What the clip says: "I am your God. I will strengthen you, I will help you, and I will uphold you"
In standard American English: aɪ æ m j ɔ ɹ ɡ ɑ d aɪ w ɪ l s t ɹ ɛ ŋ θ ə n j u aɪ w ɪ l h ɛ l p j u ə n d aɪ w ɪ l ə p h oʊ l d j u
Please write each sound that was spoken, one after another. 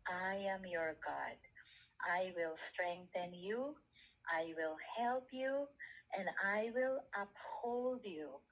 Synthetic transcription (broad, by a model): aɪ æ m j ɔ ɹ ɡ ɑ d aɪ w ɪ l s t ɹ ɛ ŋ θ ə n j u aɪ w ɪ l h ɛ l p j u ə n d aɪ w ɪ l ə p h oʊ l d j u